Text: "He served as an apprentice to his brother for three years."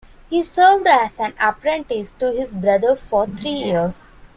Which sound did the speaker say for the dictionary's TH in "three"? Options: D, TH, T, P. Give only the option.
T